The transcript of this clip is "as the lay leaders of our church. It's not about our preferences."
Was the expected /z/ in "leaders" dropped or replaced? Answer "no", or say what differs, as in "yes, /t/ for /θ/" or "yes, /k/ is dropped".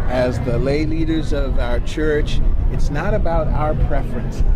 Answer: no